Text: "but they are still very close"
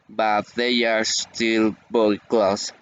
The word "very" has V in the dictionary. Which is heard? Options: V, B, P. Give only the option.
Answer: B